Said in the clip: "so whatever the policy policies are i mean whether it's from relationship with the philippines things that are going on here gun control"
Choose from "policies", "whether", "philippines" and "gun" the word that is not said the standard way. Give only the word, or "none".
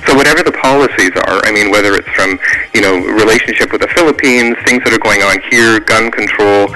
none